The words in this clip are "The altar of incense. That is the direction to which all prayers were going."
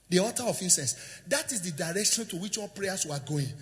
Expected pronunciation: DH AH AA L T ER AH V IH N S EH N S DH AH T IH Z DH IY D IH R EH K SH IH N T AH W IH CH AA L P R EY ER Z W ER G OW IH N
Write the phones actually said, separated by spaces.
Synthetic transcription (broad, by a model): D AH AA T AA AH F IH N S EH N S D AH T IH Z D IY D IH R EH K SH IH N T AH W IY CH AA L P R EY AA S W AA G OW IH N